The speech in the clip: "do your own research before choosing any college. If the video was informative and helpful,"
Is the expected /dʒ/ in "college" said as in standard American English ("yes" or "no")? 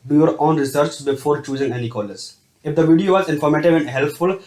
no